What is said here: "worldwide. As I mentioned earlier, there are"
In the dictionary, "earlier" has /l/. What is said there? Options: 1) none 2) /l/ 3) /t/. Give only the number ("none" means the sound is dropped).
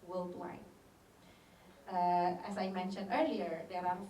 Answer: 2